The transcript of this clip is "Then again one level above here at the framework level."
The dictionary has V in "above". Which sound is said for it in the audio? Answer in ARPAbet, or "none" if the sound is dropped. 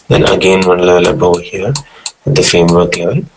W